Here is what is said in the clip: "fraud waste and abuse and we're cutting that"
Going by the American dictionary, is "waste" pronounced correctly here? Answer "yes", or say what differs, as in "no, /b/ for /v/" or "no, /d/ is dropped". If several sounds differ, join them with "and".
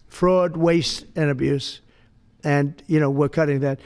yes